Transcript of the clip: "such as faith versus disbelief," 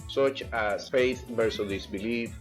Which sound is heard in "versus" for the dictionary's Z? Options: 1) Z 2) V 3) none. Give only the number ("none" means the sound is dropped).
3